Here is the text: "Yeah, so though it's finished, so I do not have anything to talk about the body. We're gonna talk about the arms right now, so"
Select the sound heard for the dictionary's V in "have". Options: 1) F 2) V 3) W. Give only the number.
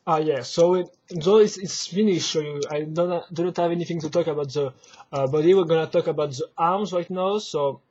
2